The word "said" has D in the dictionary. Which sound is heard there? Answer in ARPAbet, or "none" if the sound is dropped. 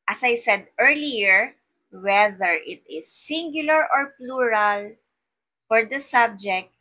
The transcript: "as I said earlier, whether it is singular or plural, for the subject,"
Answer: D